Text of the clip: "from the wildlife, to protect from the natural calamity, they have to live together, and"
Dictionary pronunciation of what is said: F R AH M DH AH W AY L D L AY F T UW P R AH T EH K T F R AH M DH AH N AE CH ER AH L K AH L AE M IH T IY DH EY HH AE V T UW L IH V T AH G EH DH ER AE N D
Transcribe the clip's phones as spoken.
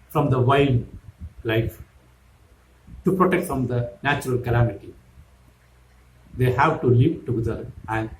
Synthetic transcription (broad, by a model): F R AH M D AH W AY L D L AY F T UW P R AH T EH K T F R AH M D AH N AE CH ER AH L K AH L AE M IH T IY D EY HH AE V T UW L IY P T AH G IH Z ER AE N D